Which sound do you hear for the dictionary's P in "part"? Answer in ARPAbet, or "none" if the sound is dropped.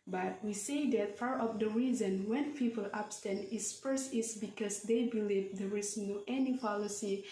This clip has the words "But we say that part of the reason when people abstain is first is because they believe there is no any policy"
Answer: F